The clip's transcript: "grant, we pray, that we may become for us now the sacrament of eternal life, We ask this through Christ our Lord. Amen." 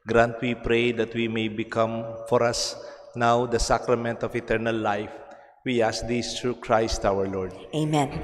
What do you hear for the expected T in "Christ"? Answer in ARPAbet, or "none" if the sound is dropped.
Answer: T